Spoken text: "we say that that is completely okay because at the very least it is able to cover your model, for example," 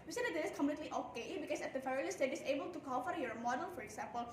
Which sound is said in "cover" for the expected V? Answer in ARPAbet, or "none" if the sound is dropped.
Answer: F